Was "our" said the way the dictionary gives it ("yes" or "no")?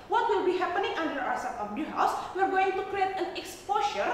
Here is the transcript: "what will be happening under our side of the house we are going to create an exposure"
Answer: no